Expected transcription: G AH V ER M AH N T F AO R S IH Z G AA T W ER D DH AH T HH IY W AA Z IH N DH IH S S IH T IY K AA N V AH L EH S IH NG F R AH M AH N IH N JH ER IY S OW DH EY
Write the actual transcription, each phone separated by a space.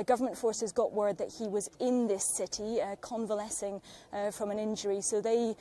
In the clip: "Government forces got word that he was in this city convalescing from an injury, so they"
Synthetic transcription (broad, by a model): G AH V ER M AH N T F AO R S IH Z G AA T W ER D DH AH T HH IY W AA Z IH N DH IH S S IH T IY K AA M V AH L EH S IH NG F R AH M AH N IH N JH ER IY S OW DH EY